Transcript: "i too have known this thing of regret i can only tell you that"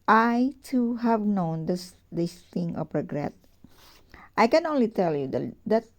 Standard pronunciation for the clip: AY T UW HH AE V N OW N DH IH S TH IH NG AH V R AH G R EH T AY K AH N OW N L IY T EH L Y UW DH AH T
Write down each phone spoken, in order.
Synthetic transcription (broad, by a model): AY T UW HH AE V N OW N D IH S S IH NG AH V R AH G R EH T AY K AH N OW N L IY T EH L Y UW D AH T